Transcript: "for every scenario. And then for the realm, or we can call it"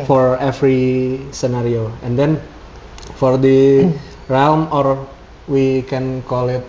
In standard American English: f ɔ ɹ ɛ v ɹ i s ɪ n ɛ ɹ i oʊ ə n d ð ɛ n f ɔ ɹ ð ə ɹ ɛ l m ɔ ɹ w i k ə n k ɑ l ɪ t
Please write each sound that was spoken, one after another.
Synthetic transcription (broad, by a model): f ɔ ɹ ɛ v ɹ i s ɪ n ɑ ɹ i oʊ ə n d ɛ n f ɔ ɹ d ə ɹ ɛ l m ɔ ɹ w i k ə n k ɑ l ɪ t